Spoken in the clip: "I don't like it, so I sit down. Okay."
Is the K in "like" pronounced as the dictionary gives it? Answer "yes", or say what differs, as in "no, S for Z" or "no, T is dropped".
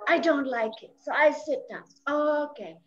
yes